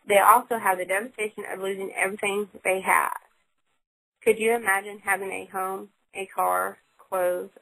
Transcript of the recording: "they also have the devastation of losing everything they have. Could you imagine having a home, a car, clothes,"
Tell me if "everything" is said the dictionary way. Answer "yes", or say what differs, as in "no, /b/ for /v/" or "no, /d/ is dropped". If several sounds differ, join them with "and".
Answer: yes